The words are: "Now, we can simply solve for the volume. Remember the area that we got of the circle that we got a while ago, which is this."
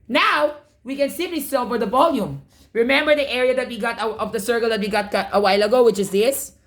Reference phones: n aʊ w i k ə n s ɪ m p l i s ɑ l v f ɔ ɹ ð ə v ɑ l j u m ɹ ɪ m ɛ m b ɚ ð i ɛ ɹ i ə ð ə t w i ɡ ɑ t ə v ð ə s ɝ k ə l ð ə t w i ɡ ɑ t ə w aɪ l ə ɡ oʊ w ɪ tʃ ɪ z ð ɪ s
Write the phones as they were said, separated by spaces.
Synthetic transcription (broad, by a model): n aʊ w i k ə n s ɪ p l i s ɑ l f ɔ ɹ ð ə v ɑ l j u m ɹ ɪ m ɛ m b ɚ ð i ɛ ɹ i ə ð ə t w i ɡ ɑ t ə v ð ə s ɝ k ə l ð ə t w i ɡ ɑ t ə w aɪ l ə ɡ oʊ w ɪ tʃ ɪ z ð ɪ s